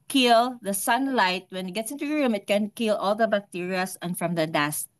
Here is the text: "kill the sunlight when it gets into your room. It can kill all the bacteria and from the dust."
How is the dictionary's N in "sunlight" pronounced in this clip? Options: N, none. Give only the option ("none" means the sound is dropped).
N